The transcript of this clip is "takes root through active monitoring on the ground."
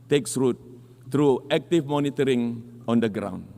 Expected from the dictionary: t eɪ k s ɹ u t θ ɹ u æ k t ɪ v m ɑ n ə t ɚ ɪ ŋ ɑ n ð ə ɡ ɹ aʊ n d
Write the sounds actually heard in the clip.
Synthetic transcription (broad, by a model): t eɪ k s ɹ u t t ɹ u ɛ k t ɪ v m ɑ n ə t ɚ ɪ ŋ ɑ n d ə ɡ ɹ aʊ n